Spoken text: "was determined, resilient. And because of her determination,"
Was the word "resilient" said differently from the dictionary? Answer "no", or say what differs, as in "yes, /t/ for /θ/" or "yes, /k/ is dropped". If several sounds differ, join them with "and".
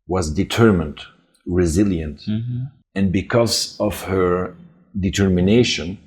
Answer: no